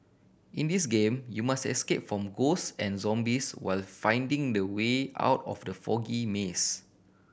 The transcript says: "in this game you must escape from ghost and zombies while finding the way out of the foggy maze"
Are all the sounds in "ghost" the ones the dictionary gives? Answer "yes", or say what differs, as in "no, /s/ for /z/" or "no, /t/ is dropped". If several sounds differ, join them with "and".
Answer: no, /t/ is dropped